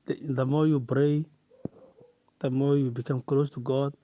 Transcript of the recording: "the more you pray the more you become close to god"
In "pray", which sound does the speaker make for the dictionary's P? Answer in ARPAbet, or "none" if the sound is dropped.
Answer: B